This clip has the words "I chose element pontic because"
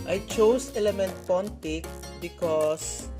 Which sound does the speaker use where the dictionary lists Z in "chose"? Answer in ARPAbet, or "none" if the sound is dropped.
S